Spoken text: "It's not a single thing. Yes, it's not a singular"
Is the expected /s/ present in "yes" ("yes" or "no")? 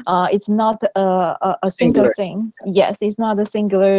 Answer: yes